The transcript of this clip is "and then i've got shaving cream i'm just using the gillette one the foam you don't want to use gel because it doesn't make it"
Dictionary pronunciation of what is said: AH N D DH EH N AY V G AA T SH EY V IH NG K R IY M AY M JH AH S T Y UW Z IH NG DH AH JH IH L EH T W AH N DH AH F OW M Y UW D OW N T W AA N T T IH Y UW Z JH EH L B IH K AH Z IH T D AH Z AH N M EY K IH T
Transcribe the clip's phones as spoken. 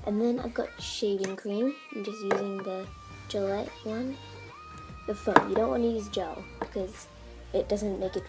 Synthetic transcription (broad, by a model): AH N DH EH N AY V G AA T SH EY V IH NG K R IY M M JH AH S T Y UW Z IH NG DH AH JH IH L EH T W AH N DH AH F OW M Y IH D OW N T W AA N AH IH Y UW Z JH EH L B IH K AH Z IH T D AH Z AH N M EY K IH T